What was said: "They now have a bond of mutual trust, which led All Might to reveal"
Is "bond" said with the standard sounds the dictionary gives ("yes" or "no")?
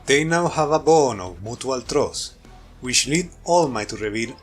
no